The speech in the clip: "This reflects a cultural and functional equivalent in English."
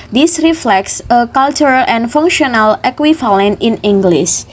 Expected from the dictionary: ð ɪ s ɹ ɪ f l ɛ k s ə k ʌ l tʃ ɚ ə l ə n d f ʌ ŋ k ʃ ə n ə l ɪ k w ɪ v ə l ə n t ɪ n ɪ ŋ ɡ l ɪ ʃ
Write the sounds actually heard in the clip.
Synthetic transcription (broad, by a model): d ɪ s ɹ ɪ f l ɛ k s ə k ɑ l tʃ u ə l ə n f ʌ ŋ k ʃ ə n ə l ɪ k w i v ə l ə n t ɪ n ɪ ŋ ɡ l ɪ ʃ